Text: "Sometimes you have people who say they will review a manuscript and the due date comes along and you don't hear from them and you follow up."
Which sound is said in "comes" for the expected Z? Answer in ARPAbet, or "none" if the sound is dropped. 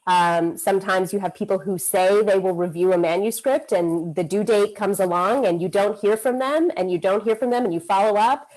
Z